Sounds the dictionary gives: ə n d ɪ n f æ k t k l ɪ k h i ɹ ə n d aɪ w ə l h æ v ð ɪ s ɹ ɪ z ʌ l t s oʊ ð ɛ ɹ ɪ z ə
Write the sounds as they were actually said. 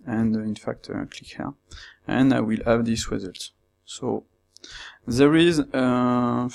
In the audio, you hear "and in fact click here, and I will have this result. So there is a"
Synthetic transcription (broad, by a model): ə n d ɪ n f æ k t k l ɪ k h i ɹ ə n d aɪ w ə l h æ v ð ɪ s ɹ ɪ z ʌ l t s oʊ ð ɛ ɹ ɪ z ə